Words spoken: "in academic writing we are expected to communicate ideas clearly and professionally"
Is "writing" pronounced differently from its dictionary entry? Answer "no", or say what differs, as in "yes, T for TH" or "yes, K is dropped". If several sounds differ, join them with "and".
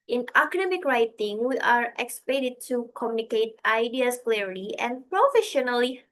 no